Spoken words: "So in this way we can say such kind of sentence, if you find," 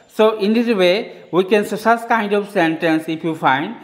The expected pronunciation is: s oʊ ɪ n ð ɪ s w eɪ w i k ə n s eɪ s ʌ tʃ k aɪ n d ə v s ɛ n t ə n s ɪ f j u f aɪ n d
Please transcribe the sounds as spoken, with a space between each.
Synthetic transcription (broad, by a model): s oʊ ɪ n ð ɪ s w eɪ w i k ə n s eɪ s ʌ s k aɪ n d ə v s ɛ n t ə n s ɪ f j u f aɪ n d